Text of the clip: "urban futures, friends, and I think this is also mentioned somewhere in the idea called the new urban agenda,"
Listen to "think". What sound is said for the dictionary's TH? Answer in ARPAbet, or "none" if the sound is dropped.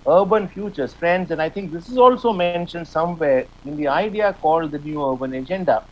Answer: T